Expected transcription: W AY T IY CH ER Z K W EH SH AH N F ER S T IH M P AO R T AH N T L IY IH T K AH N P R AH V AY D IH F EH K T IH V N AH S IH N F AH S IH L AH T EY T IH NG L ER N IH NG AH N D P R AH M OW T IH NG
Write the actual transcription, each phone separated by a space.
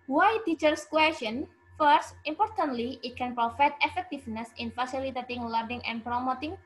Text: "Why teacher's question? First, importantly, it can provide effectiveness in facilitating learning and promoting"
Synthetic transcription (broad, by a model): W AY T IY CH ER S K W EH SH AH N F ER S T IH M P AO R T AH N T L IY IH T K AH N P R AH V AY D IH F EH K T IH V N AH S IH N F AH S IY L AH T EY T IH NG L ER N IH NG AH N P R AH M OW T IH NG